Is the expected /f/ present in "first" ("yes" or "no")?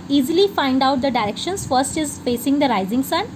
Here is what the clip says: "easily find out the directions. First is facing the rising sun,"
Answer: yes